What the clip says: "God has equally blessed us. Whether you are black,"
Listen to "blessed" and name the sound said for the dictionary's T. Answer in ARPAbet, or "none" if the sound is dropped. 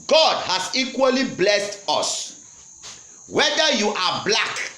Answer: T